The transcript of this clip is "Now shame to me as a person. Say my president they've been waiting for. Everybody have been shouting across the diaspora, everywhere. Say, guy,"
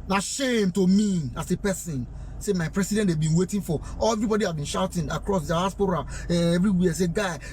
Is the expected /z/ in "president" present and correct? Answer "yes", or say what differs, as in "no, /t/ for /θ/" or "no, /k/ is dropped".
no, /s/ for /z/